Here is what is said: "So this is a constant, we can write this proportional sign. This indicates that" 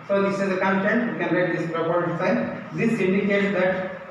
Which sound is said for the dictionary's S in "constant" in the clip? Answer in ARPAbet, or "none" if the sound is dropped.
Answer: none